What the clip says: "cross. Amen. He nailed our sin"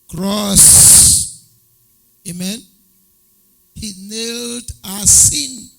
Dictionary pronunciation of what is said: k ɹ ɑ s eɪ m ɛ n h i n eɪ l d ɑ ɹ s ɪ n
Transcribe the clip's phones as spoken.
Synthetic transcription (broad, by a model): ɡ ɹ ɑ s eɪ m ɛ n h i n eɪ l d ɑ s s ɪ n